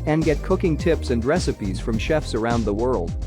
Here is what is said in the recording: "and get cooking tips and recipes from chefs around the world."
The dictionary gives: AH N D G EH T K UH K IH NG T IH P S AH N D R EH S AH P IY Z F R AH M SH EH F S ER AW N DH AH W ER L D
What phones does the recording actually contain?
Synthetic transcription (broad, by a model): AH N G EH T K UH K IH NG T IH P S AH N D R EH S AH P IY Z F R AH M SH EH F S ER AW N DH AH W ER L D